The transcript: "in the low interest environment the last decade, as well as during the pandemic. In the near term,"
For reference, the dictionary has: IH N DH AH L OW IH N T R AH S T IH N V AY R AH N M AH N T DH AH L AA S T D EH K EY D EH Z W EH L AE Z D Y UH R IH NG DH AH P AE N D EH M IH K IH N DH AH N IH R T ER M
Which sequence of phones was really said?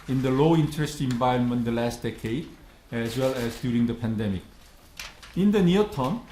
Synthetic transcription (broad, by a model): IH N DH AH L OW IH N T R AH S T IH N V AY AH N M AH N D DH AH L AA S T D EH K EY D EH Z W EH L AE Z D Y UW R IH NG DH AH P AE N D EH M IH K IH N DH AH N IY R T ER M